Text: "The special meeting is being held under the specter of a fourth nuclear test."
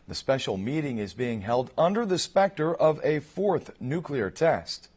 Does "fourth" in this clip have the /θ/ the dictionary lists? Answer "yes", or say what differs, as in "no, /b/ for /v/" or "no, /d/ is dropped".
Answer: yes